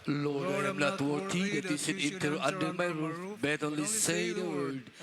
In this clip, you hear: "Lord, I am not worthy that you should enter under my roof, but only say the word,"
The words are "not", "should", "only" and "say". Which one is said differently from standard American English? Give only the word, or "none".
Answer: should